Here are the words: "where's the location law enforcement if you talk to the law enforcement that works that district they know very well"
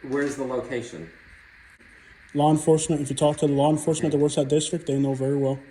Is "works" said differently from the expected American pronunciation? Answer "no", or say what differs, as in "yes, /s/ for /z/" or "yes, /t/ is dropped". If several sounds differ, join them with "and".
yes, /k/ is dropped